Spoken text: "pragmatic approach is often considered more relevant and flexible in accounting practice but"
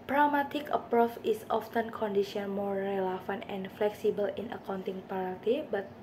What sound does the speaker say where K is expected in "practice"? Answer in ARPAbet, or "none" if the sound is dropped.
none